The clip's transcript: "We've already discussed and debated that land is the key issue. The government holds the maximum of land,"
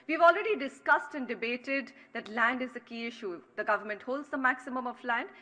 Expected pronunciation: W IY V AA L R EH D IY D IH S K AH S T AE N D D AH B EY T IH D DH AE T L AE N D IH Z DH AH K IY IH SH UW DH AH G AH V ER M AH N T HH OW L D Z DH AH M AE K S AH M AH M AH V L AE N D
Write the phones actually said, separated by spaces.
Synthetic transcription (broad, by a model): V IY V AA L R EH D IY D IH S K AH S T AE N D D AH B EY T IH D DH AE T L AE N D IH Z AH K IY IH SH UW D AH G AH V ER M AH N T HH OW L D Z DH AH M AE K S AH M AH M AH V L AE N D